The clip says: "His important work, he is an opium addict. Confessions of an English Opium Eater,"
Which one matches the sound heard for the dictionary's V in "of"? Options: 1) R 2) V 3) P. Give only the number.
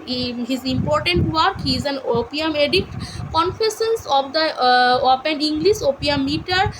3